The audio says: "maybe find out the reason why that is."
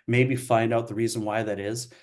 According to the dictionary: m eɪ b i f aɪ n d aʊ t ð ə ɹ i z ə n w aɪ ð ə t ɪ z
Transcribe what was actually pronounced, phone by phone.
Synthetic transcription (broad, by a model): m eɪ b i f aɪ n d aʊ t ð ə ɹ i z ə n w aɪ ð ə t ɪ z